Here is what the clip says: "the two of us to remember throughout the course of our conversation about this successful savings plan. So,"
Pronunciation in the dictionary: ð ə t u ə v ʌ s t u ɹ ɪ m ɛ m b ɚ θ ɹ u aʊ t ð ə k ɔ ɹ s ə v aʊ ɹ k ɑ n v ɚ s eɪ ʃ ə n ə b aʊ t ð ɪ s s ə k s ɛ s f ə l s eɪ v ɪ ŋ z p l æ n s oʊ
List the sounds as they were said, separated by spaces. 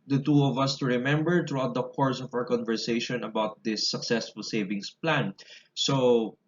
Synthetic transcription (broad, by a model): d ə t u ə v ʌ s t u ɹ ɪ m ɛ m b ɚ t ɹ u aʊ t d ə k ɔ ɹ s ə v aʊ ɹ k ɑ n v ɚ s eɪ ʃ ə n ə b aʊ t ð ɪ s s ə k s ɛ s f ə l s eɪ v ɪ ŋ s p l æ n s oʊ